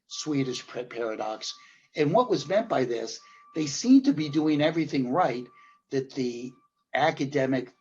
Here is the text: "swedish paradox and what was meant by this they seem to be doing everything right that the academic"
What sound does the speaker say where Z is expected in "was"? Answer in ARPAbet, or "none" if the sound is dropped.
Z